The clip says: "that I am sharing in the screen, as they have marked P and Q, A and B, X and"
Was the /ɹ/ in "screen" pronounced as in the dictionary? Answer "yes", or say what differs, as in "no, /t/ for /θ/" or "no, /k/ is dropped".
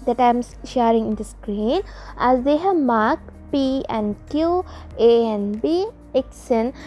yes